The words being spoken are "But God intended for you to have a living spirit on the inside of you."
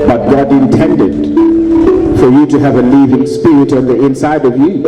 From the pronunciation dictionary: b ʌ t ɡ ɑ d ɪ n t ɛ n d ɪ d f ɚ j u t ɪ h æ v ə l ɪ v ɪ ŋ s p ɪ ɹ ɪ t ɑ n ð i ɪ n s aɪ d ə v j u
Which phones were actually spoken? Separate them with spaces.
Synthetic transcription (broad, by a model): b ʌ t ɡ ɑ d ɪ n t ɛ n d ɪ d f ɚ j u t ɪ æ v ə l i v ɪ ŋ s p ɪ ɹ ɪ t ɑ n ð i ɪ n s aɪ d ə v j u